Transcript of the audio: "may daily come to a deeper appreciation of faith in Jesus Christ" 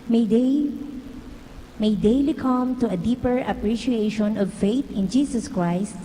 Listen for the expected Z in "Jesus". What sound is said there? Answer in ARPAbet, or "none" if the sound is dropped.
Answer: S